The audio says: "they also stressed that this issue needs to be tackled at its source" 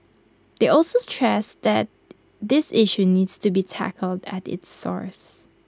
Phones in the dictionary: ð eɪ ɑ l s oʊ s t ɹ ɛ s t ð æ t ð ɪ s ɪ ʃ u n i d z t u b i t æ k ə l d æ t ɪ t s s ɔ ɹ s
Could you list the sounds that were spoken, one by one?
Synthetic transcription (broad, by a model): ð eɪ ɑ l s oʊ s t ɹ ɛ s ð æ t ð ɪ s ɪ ʃ u n i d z t u b i t æ k ə l d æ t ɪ t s s ɔ ɹ s